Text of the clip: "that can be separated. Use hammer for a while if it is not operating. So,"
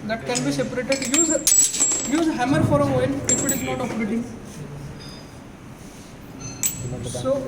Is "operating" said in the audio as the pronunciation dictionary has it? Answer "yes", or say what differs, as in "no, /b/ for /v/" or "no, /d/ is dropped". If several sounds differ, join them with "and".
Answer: no, /f/ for /p/